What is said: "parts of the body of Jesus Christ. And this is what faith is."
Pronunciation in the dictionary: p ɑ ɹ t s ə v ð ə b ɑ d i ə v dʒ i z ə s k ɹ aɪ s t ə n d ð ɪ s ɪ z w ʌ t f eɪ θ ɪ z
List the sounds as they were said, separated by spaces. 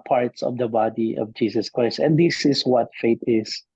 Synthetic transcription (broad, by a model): p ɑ ɹ t s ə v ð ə b ɑ d i ə v dʒ i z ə s k ɹ aɪ s t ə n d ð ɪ s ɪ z w ʌ t f eɪ t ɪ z